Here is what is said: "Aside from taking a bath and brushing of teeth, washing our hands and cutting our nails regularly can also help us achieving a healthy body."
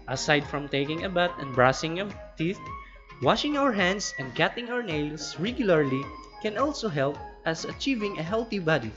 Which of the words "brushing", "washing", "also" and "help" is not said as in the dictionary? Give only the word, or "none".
brushing